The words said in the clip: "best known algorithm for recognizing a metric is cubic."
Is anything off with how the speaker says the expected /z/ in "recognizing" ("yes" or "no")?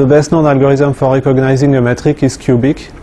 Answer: no